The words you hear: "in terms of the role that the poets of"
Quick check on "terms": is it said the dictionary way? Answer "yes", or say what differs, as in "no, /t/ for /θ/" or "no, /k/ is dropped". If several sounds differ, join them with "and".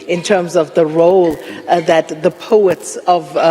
yes